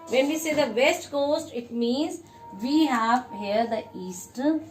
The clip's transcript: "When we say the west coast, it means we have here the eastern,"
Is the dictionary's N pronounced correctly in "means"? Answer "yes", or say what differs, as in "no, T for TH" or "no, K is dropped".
yes